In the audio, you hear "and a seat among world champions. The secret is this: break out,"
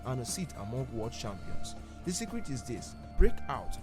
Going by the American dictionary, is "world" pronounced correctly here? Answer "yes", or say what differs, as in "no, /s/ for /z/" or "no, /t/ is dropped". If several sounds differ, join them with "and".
no, /l/ is dropped